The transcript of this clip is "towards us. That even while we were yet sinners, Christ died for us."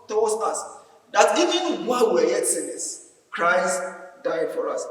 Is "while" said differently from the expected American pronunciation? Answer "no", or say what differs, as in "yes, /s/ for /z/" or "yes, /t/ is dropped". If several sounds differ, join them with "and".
yes, /n/ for /l/